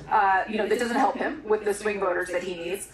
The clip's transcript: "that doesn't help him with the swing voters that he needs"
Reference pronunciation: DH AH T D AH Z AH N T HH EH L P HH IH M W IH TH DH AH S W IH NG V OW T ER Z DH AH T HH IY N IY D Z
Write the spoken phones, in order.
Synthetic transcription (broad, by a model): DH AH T D AH Z AH N T HH EH L P HH IH M W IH DH AH S W IH NG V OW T ER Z DH AH T HH IY N IY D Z